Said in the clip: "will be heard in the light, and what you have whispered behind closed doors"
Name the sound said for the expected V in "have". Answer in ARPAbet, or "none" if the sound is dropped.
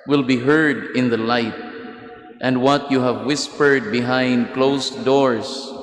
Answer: V